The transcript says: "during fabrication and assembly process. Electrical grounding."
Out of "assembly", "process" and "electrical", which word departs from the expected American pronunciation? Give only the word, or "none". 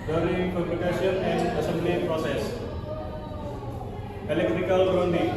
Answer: none